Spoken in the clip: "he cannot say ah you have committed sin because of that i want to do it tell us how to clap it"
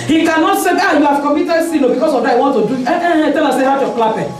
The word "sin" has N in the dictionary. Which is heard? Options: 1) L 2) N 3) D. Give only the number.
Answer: 1